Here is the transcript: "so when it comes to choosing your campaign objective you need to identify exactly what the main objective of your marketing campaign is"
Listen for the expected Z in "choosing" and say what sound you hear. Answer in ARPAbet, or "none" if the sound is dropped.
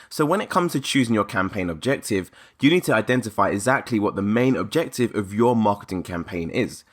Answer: Z